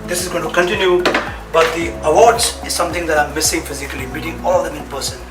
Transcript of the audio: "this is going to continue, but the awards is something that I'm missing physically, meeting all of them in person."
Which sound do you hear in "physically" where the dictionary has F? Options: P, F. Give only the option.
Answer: F